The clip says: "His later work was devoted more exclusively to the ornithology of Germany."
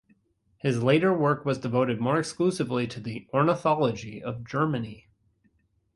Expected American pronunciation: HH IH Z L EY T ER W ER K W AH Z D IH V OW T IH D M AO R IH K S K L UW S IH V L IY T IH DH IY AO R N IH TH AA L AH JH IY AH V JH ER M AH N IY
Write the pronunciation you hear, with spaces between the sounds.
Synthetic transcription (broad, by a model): HH IH Z L EY T ER W ER K W AH Z D IH V OW T IH D M AO R IH K S K L UW S IH V L IY T IH DH IY AO R N IH TH AA L AH JH IY AH V JH ER M AH N IY